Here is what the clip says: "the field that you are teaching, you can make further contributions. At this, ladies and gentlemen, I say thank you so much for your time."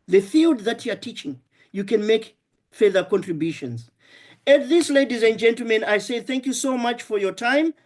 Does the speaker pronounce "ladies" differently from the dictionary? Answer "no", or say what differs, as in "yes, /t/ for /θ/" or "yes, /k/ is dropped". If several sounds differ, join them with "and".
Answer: no